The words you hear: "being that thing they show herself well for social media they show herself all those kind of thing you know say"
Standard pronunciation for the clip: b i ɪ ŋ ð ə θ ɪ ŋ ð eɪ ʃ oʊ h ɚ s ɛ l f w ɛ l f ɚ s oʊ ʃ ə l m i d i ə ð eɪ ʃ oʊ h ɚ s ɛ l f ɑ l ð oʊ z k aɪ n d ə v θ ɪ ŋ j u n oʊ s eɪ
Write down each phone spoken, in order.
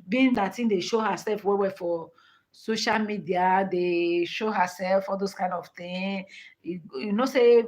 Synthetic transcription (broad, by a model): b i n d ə t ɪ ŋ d eɪ ʃ oʊ h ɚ s ɛ l f w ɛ w f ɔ s oʊ ʃ ə l m i d i ə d eɪ ʃ oʊ h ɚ s ɛ l f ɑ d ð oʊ s k aɪ n d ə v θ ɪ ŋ j u n oʊ s eɪ